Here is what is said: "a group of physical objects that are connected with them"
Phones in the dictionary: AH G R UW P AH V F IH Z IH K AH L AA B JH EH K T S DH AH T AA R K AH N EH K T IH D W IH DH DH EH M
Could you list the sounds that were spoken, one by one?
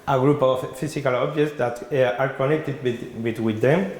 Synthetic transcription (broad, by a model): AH G R UW P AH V F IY S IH K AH L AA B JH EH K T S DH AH T AA R K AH N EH K T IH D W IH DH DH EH M